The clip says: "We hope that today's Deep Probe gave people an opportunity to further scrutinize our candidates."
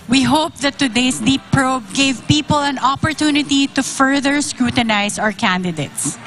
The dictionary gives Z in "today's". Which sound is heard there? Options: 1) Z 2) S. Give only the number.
2